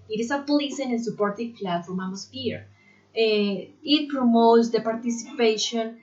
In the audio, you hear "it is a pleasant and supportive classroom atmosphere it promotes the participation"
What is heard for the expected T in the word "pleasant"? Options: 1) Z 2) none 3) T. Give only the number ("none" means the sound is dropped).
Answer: 2